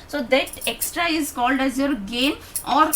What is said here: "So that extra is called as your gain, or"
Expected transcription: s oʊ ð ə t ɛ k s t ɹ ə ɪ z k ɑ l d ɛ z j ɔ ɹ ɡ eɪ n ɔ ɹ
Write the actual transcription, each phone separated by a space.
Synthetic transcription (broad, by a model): s oʊ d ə t ɛ k s t ɹ ə ɪ z k ɑ l d ɛ z j ɔ ɹ ɡ eɪ n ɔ ɹ